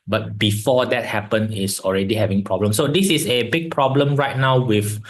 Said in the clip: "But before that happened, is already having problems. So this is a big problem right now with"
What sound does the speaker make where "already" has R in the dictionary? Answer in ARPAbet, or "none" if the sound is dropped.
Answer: R